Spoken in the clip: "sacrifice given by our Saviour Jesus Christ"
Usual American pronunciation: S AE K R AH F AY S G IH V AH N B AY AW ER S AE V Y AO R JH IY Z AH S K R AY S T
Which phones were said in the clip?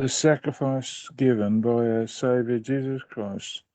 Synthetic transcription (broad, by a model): S AE K R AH F AY S G IH V AH N B AY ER S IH V Y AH R JH IY Z AH S K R AY S T